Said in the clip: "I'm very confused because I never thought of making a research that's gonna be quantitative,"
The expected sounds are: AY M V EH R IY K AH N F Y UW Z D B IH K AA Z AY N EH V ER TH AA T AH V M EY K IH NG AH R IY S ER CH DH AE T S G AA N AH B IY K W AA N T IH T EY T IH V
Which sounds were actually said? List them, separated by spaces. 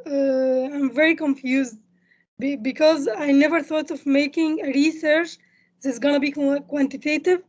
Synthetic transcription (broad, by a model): AY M V EH R IY K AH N F Y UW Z D B IH K AA Z AY N EH V ER TH AA T AH V M EY K IH NG AH R IY S ER CH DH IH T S G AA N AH B IY K W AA N T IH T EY T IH V